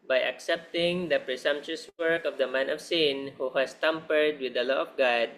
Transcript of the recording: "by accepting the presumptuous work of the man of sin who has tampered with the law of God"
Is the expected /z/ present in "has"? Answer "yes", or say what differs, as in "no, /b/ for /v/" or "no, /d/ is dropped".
no, /s/ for /z/